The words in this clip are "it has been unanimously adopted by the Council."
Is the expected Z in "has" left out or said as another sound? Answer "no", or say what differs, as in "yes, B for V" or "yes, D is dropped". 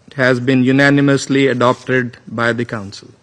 no